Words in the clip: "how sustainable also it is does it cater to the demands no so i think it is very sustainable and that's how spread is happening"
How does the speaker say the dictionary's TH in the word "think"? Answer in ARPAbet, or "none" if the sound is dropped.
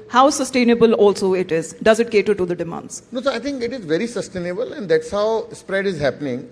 T